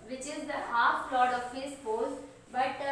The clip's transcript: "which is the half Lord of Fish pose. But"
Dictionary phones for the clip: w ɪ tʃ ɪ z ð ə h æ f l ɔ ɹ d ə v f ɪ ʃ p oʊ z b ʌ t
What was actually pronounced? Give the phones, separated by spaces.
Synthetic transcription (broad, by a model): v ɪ tʃ ɪ z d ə h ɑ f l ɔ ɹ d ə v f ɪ s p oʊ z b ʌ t